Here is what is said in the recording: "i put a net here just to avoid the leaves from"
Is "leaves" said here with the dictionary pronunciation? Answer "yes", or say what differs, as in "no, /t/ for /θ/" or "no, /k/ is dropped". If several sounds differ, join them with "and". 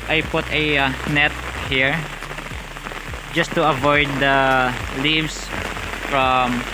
no, /s/ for /z/